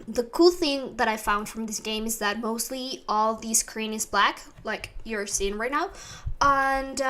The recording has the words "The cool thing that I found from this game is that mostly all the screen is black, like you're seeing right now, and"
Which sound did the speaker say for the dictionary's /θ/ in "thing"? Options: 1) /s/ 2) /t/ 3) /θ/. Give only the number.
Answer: 3